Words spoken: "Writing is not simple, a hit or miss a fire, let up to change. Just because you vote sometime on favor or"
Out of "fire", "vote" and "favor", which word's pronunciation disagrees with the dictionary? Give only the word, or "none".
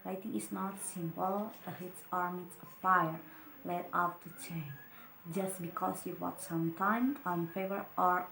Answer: vote